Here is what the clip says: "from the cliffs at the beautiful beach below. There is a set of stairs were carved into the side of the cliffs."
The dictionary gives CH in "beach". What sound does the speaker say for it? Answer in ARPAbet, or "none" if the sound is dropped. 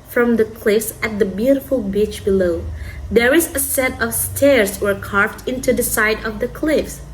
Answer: CH